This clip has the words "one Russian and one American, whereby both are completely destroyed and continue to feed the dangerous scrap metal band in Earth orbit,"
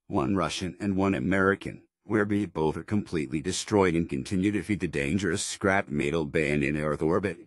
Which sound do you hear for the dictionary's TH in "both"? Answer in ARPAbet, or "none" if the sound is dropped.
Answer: TH